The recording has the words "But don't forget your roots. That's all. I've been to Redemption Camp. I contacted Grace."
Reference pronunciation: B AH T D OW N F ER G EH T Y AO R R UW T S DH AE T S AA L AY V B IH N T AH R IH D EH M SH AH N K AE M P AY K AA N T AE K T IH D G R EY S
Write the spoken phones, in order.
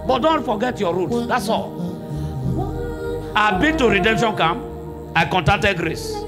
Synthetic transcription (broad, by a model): B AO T D OW N F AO G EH T Y AO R R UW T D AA T S AA L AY B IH T AH R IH D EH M SH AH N K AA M AY K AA N T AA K T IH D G R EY S